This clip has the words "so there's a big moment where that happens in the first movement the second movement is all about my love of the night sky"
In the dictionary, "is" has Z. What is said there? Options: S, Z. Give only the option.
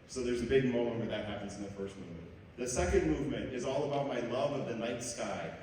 Z